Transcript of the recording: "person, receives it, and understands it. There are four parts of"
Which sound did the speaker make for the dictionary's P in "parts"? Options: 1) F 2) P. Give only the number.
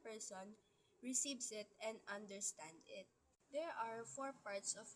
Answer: 2